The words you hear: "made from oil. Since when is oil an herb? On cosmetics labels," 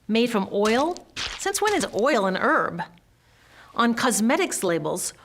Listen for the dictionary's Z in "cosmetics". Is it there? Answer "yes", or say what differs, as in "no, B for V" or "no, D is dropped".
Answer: yes